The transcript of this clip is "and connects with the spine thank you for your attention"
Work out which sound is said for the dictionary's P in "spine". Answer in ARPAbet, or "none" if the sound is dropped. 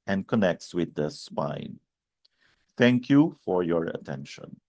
P